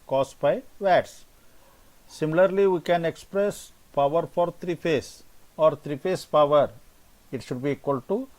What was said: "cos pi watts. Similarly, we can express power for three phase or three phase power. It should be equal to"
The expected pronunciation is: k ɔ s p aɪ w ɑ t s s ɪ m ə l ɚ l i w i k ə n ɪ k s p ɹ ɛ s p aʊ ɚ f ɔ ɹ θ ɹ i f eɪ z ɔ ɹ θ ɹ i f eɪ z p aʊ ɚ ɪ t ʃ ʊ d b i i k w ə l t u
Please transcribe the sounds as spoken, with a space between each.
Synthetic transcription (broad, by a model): k ɔ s b aɪ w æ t s s ɪ m ə l ɚ l i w i k ə n ɪ k s p ɹ ɛ s p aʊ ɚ f ɔ ɹ t ɹ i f eɪ s ɔ ɹ t ɹ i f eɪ s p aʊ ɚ ɪ t ʃ ʊ d b i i k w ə l t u